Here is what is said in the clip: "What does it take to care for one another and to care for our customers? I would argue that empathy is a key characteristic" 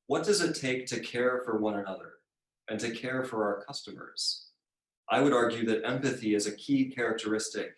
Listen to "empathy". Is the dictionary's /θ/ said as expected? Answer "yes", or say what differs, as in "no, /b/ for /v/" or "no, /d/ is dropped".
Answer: yes